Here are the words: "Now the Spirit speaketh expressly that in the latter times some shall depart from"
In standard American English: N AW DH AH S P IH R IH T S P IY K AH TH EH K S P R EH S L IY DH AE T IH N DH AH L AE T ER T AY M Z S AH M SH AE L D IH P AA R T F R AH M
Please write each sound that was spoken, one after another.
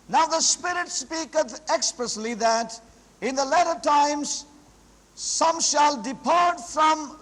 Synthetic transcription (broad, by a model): N AW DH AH S P IH R IH T S P IY K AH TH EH K S P R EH S L IY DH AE T IH N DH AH L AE T ER T AY M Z S AH M SH AE L D IH P AA R T F R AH M